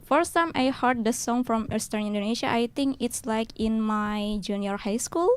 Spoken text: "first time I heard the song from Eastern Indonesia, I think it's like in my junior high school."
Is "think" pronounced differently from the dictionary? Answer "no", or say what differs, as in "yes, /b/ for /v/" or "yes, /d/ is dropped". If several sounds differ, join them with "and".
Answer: yes, /t/ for /θ/